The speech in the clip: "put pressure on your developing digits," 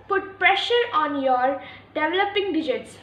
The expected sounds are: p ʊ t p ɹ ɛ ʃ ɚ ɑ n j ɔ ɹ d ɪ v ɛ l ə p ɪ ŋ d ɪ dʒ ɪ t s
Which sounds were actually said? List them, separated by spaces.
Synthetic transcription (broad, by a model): p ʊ t p ɹ ɛ ʃ ɚ ɑ n j ɔ ɹ d ɪ v ɛ l ə p ɪ ŋ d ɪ dʒ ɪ t s